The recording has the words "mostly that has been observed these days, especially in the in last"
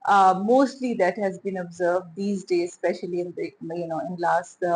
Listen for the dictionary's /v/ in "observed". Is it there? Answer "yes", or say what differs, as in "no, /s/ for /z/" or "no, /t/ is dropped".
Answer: yes